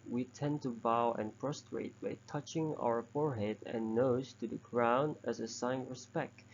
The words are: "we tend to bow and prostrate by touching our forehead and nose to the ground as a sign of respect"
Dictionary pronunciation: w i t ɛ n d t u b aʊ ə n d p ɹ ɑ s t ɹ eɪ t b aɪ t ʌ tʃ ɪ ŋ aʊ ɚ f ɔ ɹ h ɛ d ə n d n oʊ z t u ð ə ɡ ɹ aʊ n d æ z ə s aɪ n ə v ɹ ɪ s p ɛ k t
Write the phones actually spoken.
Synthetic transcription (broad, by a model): w i t ɛ n t u b aʊ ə n p ɹ ɑ s t ɹ eɪ t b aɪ t ʌ tʃ ɪ ŋ aʊ ɚ f ɔ ɹ h ɛ d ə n n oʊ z t u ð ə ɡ ɹ aʊ n æ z ə s aɪ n ɹ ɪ s p ɛ k t